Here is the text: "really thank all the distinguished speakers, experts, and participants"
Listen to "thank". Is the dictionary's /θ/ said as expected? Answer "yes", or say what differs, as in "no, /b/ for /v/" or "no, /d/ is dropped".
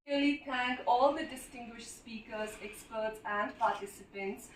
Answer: no, /t/ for /θ/